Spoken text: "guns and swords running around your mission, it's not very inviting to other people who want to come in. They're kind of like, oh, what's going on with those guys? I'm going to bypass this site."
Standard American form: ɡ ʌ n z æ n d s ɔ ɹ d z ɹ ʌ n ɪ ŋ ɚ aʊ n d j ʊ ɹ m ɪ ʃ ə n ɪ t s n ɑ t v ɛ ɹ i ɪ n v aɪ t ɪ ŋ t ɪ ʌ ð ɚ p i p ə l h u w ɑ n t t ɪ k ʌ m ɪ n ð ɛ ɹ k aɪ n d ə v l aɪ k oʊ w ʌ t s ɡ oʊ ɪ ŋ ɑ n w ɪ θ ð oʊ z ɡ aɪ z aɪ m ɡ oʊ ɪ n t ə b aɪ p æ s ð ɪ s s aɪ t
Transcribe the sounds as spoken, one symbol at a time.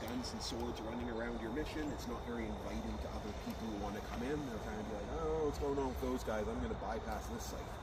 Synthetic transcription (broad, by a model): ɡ ʌ n z n s ɔ ɹ d z ɹ ʌ n ɪ ŋ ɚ aʊ n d j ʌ ɹ m ɪ ʃ ə n ɪ t s n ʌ t v ɛ ɹ i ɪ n v aɪ t ɪ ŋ t ɪ ʌ ð ɚ p i p l h u w ɑ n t t ɪ k ʌ m ɪ n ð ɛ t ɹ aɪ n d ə b l aɪ k oʊ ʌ t s ɡ oʊ ɪ ŋ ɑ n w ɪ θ ð oʊ z ɡ aɪ z aɪ m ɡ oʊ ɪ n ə b aɪ p æ s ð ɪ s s aɪ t